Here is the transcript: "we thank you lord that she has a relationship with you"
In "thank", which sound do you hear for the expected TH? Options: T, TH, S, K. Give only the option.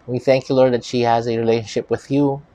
TH